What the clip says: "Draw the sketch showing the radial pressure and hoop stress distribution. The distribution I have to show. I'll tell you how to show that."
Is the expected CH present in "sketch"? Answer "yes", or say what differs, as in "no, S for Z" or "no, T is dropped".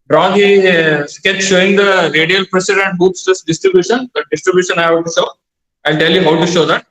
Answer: no, S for CH